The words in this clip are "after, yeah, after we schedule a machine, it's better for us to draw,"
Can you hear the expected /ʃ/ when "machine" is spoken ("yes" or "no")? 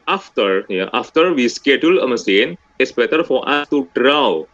no